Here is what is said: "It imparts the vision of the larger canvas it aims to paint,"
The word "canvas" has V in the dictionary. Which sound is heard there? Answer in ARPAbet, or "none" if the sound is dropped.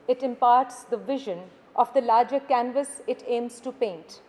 V